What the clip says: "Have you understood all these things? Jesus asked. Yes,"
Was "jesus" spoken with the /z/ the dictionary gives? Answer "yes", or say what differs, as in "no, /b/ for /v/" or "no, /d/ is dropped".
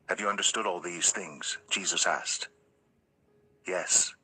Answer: yes